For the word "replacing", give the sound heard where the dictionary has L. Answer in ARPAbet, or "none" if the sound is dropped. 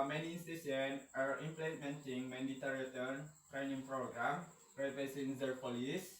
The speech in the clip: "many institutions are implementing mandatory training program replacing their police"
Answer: none